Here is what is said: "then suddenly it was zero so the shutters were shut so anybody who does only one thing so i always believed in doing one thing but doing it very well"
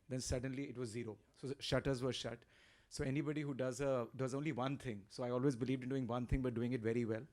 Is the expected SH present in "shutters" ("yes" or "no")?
yes